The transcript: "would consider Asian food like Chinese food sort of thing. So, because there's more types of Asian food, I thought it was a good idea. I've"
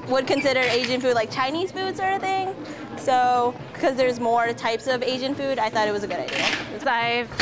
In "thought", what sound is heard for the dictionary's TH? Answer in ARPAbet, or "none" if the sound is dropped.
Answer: TH